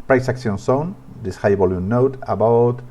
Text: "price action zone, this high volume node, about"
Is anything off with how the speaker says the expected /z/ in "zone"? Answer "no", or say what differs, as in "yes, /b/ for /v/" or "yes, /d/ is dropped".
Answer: yes, /s/ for /z/